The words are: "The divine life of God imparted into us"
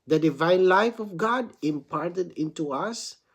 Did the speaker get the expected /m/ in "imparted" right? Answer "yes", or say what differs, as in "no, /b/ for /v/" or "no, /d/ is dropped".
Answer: yes